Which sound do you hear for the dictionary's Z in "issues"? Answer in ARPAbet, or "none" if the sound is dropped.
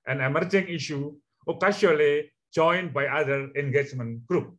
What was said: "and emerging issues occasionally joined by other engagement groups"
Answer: none